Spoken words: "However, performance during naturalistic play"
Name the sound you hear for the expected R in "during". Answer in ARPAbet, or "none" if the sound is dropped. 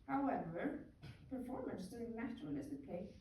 none